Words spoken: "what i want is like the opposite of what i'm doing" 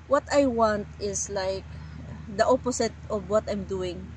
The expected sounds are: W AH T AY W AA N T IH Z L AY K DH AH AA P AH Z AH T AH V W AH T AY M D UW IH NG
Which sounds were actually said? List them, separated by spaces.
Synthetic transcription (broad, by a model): W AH T AY W AA N T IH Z L AY K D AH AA P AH S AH T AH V W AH T AY M D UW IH NG